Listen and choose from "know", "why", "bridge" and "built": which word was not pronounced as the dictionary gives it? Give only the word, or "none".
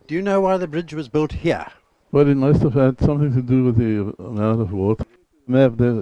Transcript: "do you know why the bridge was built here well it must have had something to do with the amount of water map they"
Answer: none